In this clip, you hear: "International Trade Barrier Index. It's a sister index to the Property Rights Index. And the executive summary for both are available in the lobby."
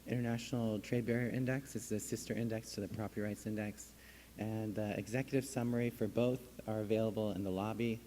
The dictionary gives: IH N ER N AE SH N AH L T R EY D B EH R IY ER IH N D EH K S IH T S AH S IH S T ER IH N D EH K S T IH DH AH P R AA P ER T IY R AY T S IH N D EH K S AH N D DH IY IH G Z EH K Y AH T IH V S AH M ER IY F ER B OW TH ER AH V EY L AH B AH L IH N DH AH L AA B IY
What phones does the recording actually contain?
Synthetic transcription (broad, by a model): IH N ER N AE SH N L T R EY D B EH R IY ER IH N D EH K S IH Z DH AH S IH S T ER IH N D EH K S T IH DH AH P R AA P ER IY R AY T S IH N D EH K S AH N DH IY IH G Z EH K Y AH T IH V S AH M ER IY F ER B OW TH ER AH V EY L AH B L IH N DH AH L AA B IY